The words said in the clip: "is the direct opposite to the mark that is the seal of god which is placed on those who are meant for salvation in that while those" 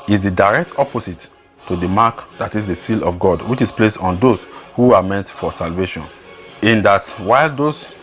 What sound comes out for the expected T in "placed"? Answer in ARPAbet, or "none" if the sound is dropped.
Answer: none